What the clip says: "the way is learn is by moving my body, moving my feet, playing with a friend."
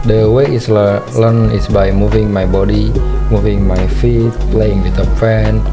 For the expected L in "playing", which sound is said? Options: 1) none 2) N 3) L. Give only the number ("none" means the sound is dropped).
3